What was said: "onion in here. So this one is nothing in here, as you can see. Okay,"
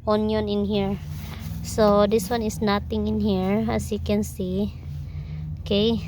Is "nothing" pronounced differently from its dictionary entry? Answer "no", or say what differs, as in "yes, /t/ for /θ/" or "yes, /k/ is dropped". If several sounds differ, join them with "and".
yes, /t/ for /θ/